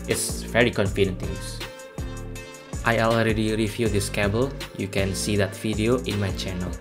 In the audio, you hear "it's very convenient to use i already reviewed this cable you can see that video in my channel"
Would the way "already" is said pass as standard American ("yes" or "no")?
yes